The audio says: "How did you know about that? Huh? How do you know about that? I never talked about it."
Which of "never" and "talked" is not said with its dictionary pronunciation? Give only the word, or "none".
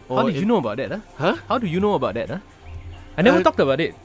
never